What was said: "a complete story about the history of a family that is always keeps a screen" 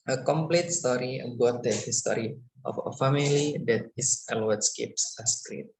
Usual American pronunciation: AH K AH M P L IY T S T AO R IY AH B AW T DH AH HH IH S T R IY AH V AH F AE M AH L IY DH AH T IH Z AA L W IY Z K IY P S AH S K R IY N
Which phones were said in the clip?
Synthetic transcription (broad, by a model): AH K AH M P L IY T S T AO R IY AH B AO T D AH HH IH S T R IY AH F AH F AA M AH L IY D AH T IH S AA L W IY S K IY P S AH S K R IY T